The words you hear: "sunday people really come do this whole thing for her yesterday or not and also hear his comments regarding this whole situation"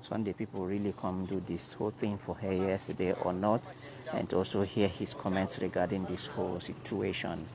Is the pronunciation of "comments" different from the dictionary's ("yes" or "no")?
no